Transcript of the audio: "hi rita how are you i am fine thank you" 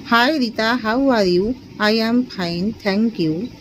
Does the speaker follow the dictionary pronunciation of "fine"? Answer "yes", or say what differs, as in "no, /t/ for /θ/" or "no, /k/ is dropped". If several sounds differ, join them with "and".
no, /p/ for /f/